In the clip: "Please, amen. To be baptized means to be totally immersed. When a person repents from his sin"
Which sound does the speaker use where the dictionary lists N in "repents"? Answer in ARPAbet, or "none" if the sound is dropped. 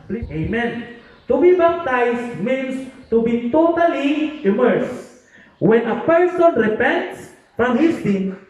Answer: N